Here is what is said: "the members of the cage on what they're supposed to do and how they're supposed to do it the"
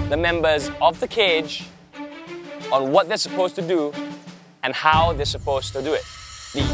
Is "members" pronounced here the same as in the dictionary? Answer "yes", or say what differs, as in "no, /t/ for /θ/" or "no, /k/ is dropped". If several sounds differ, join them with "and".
yes